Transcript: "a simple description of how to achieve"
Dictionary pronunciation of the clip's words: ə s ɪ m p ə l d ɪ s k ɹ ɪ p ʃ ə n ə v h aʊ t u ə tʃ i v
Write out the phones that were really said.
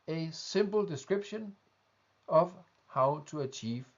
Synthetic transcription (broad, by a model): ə s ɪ m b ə l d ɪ s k ɹ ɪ b ʃ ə n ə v h aʊ s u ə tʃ i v